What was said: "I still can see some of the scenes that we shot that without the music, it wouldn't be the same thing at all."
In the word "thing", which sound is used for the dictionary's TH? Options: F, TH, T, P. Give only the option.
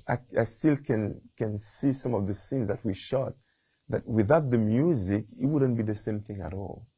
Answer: TH